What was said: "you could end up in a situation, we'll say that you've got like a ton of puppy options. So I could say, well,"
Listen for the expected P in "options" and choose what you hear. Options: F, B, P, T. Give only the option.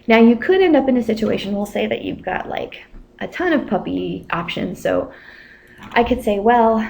P